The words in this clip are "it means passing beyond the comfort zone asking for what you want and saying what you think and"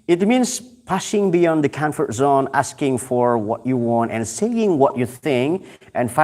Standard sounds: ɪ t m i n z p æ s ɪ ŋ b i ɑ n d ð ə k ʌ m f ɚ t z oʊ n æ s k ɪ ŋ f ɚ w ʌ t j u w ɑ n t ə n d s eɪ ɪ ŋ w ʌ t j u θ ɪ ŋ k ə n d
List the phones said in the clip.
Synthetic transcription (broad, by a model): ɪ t m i n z p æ ʃ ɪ ŋ b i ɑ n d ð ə k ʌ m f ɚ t z oʊ n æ s k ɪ ŋ f ɚ w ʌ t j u w ɑ n t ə n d s eɪ ɪ ŋ w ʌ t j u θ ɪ ŋ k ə n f